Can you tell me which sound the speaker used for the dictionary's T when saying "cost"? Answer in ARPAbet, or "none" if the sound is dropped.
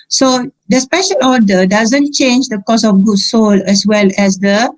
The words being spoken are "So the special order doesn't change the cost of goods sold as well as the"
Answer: none